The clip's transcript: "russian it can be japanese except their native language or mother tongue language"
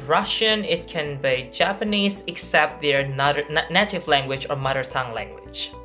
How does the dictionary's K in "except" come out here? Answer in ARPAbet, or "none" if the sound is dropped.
K